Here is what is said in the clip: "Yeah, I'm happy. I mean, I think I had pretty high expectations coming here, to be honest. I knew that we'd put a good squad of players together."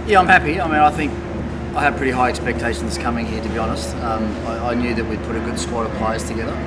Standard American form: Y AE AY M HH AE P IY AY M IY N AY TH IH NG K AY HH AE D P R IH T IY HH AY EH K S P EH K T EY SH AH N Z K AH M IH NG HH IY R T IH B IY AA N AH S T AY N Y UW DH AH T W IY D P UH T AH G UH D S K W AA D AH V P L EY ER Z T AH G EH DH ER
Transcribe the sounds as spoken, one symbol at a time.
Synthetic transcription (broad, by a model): Y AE AY M HH AE P IY AY M IY N AY TH IH NG K AY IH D P R IH T IY HH AY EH K S P EH K T EY SH N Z K AH M IH NG HH IY R T IH B IY AA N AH S T AY N Y UW DH AH T W IY D P UH T AH G UH D S K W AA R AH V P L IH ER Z T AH G EH DH ER